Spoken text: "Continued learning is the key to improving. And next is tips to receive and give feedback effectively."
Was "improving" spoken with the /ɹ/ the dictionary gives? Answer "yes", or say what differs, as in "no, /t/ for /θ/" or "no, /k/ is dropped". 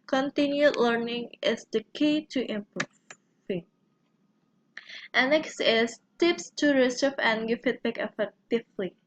no, /ɹ/ is dropped